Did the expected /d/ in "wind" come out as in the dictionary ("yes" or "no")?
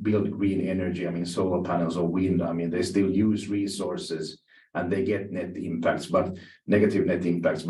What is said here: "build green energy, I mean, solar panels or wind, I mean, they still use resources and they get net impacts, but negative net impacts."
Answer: yes